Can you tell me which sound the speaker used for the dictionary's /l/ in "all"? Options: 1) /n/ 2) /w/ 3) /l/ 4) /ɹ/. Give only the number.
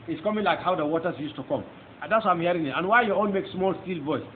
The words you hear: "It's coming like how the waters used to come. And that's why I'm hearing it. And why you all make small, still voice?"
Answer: 1